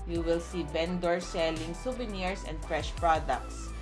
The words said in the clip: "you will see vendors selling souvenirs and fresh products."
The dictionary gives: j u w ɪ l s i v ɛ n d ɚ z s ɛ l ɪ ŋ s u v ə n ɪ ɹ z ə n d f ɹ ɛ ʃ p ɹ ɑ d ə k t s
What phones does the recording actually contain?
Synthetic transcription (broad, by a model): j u w ɪ l s i b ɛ n d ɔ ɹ s ɛ l ɪ ŋ s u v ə n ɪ ɹ s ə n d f ɹ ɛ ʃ p ɹ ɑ d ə k t s